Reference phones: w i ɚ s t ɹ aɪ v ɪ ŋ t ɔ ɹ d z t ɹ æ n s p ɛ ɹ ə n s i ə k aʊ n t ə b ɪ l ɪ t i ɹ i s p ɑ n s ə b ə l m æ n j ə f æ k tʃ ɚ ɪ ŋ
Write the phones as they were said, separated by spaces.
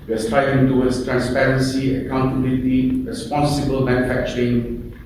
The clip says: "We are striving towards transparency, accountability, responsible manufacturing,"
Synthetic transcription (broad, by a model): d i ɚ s t ɹ aɪ ɪ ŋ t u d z t ɹ æ n s p ɛ ɹ ə n s i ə k aʊ n t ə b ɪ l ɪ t i ɹ i s p ɑ n s ə b ə l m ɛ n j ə f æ k tʃ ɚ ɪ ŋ